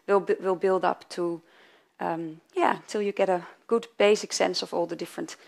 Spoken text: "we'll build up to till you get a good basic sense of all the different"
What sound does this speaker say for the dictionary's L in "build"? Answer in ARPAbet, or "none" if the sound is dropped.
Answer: L